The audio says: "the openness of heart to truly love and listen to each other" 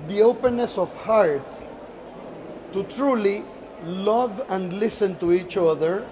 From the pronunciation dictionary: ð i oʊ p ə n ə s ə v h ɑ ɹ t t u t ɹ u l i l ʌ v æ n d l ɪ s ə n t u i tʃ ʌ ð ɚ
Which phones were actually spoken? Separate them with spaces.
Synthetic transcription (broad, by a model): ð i oʊ p ə n ə s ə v h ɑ ɹ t t u t ɹ u l i l ʌ v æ n d l ɪ s ə n t u i tʃ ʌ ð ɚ